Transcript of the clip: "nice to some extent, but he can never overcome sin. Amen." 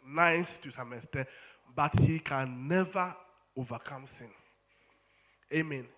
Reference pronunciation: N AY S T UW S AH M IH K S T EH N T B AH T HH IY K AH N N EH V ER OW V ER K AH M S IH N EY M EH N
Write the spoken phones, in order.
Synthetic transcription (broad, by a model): N AY S T UW S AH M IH S T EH B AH T HH IY K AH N N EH V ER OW V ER K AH M S IH N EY M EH N